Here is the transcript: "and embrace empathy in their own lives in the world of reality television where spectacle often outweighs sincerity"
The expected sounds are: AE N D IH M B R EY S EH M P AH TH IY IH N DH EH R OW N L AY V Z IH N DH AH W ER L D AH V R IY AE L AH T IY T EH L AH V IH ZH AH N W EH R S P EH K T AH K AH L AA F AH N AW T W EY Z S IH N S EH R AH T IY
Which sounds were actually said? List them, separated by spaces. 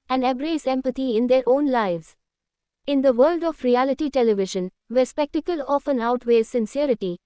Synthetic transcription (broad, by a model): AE N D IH B R EY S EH M P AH T IY IH N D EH R OW N L AY V Z IH N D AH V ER L D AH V R IY AE L AH T IY T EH L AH V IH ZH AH N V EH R S P EH K T AH K AH L AA F AH N AW T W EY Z S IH N S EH R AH T IY